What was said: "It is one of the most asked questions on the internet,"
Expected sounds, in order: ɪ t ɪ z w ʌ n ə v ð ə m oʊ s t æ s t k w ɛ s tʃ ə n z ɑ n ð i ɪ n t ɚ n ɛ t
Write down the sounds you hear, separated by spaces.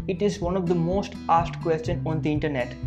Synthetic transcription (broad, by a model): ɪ t ɪ z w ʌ n ə v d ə m oʊ s t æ s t k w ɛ s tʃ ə n ɑ n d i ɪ n t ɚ n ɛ t